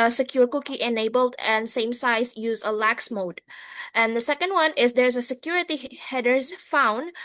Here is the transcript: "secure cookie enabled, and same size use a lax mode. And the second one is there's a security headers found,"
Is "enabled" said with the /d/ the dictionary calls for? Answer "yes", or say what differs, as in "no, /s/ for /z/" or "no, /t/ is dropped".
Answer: yes